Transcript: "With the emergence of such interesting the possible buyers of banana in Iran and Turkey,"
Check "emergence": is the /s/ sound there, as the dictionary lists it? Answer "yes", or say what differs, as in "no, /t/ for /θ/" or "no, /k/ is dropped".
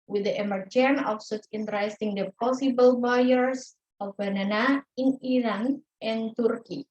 no, /s/ is dropped